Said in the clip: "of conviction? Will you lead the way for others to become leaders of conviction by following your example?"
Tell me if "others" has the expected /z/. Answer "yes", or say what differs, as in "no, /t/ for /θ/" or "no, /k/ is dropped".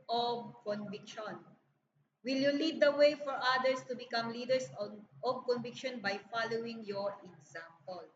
no, /s/ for /z/